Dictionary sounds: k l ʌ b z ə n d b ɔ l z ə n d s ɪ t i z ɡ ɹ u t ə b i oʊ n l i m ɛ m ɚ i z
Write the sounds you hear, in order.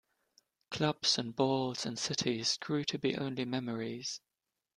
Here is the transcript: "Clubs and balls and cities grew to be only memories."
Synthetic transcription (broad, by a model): k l ʌ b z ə n b ɔ l z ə n s ɪ t i z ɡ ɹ u t ə b i oʊ n l i m ɛ m ɚ i z